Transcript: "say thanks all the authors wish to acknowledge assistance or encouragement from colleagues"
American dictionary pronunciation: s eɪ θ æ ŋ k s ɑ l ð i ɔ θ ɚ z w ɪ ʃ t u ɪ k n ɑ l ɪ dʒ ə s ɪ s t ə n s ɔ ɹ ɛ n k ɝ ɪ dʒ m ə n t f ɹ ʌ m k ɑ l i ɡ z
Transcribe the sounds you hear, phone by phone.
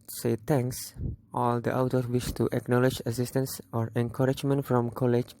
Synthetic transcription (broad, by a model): s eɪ t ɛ ŋ k s ɑ l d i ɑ t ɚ w ɪ ʃ t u ɪ k n ɑ l ɪ dʒ ə s ɪ s t ə n s ɔ ɹ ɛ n k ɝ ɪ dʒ m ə n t f ɹ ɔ m k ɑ l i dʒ